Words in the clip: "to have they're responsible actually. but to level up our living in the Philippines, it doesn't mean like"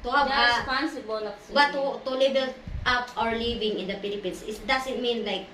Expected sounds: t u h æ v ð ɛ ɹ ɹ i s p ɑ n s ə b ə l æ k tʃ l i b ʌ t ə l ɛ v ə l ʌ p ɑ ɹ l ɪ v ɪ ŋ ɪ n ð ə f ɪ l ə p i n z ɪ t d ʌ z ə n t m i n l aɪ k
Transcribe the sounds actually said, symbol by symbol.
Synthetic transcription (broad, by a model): t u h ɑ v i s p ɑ n s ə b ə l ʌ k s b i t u t ə l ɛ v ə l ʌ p ɑ ɹ l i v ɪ ŋ ɪ n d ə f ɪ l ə p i n s ɪ t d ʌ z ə n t m i n l aɪ k